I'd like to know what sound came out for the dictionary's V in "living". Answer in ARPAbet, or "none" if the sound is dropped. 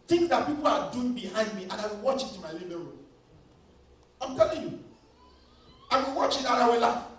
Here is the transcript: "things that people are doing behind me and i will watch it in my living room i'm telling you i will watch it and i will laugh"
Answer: B